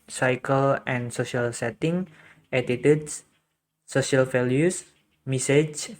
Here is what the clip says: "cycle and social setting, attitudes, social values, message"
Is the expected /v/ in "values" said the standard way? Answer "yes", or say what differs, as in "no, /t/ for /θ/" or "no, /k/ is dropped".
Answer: no, /f/ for /v/